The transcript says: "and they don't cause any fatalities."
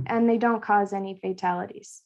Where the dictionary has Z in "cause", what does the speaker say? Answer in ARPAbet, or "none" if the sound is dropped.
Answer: Z